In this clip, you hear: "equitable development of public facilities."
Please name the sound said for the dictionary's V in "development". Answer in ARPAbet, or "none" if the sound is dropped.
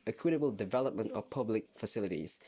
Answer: V